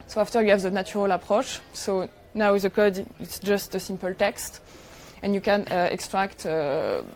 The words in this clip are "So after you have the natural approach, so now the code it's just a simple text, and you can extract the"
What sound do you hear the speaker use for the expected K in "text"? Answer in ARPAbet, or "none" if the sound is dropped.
K